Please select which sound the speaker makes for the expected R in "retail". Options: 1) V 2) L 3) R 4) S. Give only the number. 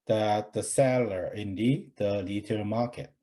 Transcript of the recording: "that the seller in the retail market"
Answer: 2